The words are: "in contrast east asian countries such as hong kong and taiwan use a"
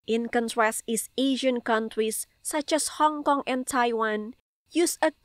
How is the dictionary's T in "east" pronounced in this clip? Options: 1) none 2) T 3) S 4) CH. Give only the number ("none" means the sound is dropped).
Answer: 1